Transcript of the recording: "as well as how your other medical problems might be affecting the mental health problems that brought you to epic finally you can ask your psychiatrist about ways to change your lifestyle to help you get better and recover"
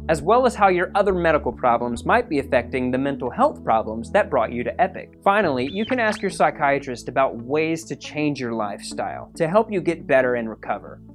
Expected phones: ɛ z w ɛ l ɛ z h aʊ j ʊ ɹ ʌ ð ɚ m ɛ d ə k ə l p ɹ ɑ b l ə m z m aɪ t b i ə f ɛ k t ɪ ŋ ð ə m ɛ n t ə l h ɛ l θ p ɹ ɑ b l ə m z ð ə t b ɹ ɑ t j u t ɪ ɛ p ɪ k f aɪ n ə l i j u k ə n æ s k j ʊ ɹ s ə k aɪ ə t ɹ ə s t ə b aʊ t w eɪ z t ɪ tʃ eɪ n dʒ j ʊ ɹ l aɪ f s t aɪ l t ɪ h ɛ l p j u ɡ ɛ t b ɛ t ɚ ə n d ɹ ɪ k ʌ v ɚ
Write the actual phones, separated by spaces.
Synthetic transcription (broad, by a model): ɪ z w ɛ l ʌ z h aʊ j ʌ ɹ ʌ ð ɚ m ɛ d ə k l p ɹ ɑ b l ə m z m aɪ t b i ə f ɛ k t ɪ ŋ ð ə m ɛ n t l h ɛ l θ p ɹ ɑ b l ə m z ð ə t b ɹ ɑ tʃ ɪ t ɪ ɛ p ɪ k f aɪ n l i j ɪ k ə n æ s k j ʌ ɹ s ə k aɪ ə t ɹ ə s t ə b aʊ t w eɪ z t ɪ tʃ eɪ n dʒ j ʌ ɹ l aɪ f s t aɪ l t ɪ h ɛ l p j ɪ ɡ ɛ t b ɛ t ɚ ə n ɹ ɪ k ʌ v ɚ